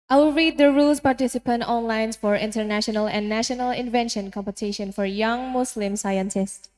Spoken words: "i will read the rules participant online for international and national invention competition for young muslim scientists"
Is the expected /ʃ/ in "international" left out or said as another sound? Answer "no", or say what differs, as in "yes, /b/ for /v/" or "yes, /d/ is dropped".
no